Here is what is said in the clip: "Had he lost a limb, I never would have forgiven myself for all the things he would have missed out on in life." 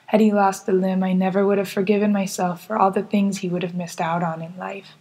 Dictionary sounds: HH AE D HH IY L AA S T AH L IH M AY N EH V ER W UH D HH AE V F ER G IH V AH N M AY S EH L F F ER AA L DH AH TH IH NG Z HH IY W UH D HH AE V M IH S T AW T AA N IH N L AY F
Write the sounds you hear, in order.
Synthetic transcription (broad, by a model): HH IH D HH IY L AA S T AH L IH M AY N EH V ER W UH D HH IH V F ER G IH V AH N M AY S EH L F F ER AA L DH AH TH IH NG Z HH IY W UH D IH V M IH S T AW T N IH N L AY F